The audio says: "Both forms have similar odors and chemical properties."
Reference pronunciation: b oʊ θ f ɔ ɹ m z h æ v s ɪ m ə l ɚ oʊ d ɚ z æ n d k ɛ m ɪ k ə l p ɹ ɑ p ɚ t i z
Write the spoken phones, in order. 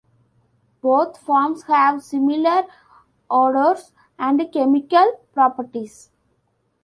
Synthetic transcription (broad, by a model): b oʊ t f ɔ ɹ m s h æ v s ɪ m ə l ɚ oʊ d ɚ s æ n d k ɛ m ɪ k ə l p ɹ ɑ p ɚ t i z